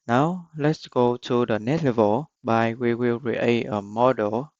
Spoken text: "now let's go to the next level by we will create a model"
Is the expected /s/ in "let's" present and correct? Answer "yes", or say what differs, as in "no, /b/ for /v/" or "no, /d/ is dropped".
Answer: yes